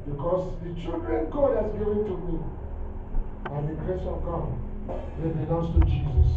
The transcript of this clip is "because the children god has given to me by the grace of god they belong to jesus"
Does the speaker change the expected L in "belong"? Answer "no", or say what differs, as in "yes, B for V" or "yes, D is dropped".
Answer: yes, N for L